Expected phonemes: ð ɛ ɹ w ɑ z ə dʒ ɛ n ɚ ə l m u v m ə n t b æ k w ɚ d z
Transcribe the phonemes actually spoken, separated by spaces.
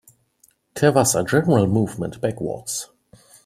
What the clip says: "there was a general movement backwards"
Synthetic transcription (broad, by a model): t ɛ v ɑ s ə dʒ ɛ n ɚ ə l m u v m ə n t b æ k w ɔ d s